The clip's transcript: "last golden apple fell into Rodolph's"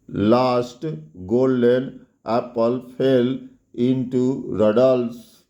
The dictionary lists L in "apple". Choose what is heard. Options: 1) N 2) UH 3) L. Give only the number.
3